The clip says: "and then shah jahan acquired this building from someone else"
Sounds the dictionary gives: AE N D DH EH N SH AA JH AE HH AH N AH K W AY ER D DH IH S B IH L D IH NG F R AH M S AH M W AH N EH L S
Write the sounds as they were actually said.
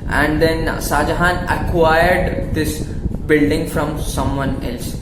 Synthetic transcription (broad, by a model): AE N D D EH N S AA JH HH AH N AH K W AY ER D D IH S B IH L D IH NG F R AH M S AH M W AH N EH L S